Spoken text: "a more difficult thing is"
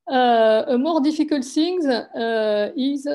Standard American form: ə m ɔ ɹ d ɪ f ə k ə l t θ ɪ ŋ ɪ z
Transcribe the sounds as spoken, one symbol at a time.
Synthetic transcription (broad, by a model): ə m ɔ ɹ d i f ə k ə l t s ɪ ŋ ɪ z